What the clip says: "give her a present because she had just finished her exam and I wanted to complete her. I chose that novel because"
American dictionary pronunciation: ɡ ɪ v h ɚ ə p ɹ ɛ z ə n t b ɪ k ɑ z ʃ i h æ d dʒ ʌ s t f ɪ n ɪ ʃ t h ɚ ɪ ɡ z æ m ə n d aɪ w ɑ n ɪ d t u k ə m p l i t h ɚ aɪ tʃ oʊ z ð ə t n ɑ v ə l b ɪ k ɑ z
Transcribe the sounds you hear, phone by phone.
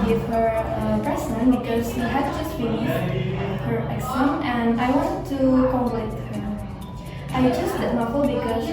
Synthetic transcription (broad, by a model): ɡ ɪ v h ɚ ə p ɛ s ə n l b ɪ k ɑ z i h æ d dʒ ʌ s t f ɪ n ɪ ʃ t h ɚ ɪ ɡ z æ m ə n d aɪ w ɑ n ɪ d t u k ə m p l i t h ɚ aɪ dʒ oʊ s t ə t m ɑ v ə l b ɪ k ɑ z